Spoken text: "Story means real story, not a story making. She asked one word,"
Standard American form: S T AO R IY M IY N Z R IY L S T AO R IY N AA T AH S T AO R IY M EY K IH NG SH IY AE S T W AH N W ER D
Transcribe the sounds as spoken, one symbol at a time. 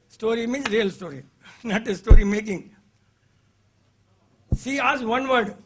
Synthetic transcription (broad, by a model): S T AO R IY M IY N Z R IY L S T AO R IY N AA T AH S T AO R IY M EY K IH NG S IY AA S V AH N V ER D